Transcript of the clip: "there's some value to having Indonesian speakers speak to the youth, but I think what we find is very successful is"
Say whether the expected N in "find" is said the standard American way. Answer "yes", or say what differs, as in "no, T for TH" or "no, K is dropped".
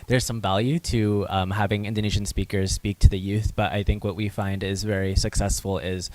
yes